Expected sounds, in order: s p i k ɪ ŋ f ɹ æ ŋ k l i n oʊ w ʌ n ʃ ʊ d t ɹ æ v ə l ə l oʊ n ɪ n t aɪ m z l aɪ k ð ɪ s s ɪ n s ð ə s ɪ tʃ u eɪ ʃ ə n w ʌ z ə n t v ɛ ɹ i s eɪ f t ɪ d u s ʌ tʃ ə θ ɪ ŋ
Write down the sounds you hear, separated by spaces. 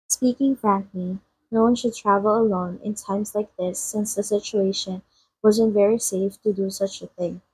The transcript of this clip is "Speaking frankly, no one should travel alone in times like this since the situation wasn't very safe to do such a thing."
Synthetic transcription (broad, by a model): s p i k ɪ ŋ f ɹ æ ŋ k l i n oʊ w ʌ n ʃ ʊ d t ɹ æ v ə l ə l oʊ n ɪ n t aɪ m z l aɪ k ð ɪ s s ɪ n s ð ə s ɪ tʃ u eɪ ʃ ə n w ʌ z ə n t v ɛ ɹ i s eɪ f t ɪ d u s ʌ tʃ ə θ ɪ ŋ